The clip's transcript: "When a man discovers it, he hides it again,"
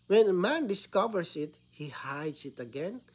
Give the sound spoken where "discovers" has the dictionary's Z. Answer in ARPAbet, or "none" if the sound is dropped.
S